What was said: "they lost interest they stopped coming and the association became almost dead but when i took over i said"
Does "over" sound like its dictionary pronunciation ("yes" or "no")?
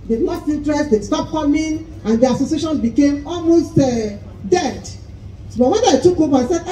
no